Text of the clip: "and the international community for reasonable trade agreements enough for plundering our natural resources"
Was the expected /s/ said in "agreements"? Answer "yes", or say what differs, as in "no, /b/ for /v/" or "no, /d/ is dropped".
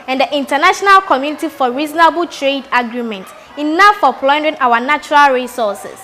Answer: no, /s/ is dropped